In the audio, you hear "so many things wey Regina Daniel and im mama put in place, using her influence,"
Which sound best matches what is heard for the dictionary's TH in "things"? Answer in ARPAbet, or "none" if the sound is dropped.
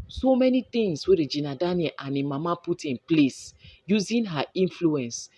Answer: T